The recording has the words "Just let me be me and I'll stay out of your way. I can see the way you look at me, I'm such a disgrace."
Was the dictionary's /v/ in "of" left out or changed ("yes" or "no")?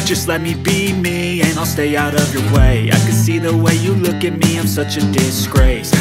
no